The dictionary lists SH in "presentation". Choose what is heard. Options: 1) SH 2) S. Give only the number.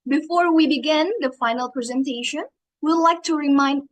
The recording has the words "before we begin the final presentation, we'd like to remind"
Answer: 1